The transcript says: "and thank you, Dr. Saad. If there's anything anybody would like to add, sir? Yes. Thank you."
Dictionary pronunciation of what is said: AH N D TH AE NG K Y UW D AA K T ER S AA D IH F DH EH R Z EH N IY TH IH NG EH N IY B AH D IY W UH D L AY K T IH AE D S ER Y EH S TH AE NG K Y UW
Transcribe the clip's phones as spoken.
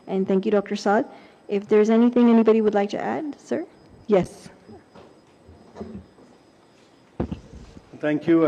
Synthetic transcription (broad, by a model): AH N TH AE NG K Y UW D AA K T ER S AA D IH F DH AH R Z EH N IY TH IH NG EH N IY B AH D IY W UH D L AY K T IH AE D S ER Y EH S TH AE NG K Y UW